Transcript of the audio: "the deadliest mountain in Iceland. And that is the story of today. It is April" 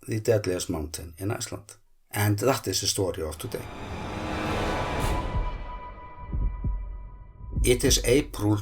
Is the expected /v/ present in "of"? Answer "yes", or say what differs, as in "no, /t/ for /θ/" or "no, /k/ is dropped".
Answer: no, /f/ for /v/